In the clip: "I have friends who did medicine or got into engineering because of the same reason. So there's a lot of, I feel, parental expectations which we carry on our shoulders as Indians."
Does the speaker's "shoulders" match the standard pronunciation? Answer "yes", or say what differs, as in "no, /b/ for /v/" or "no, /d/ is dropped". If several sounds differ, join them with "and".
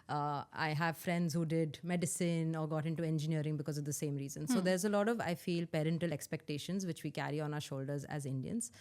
yes